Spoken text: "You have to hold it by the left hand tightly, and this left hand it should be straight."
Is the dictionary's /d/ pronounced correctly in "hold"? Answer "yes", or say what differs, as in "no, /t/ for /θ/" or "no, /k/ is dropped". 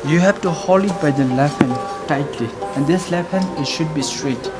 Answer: no, /d/ is dropped